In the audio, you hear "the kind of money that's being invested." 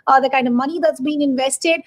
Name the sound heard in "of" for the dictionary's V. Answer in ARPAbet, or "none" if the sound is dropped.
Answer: V